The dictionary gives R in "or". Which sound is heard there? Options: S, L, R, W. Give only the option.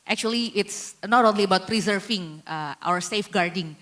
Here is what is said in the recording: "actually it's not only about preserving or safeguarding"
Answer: W